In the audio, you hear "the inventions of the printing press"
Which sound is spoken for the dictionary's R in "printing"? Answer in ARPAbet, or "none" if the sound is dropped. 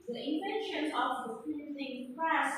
none